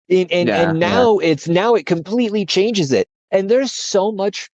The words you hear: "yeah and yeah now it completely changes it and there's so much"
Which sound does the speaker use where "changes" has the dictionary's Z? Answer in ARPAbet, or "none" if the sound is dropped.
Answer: Z